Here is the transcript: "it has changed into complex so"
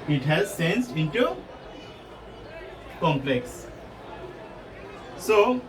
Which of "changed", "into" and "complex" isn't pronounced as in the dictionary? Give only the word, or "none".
changed